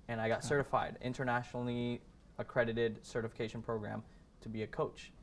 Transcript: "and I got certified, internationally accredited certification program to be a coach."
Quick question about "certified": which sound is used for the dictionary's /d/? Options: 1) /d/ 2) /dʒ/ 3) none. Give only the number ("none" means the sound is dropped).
1